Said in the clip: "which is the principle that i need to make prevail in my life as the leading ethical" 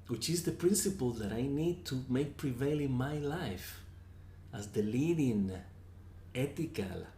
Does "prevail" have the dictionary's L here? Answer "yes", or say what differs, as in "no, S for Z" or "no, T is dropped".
yes